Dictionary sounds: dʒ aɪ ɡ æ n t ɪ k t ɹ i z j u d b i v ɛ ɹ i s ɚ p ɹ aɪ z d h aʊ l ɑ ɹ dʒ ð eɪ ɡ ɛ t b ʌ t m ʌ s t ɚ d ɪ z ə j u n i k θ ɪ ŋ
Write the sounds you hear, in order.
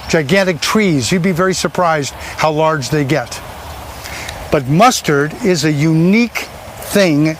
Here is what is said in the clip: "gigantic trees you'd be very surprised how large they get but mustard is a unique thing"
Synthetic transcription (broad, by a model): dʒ aɪ ɡ æ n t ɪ k t ɹ i z j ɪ d b i v ɛ ɹ i s ɚ p ɹ aɪ z d h aʊ l ɑ ɹ dʒ ð eɪ ɡ ɛ t b ʌ t m ʌ s t ɚ d ɪ z ə j u n i k θ ɪ ŋ